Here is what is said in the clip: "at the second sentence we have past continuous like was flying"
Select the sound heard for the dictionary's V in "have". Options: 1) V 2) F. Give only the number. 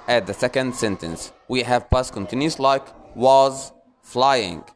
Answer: 1